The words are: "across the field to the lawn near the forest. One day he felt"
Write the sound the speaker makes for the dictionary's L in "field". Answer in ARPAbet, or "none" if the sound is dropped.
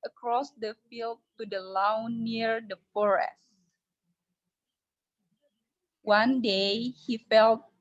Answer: L